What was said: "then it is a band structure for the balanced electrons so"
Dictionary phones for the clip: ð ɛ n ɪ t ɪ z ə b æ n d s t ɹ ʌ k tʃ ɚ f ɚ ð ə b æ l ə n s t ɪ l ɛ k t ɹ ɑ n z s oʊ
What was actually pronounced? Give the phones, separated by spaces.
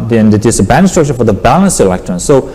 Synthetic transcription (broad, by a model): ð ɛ n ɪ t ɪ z ə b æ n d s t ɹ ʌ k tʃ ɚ f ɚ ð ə b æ l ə n s ɪ l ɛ k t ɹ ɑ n s oʊ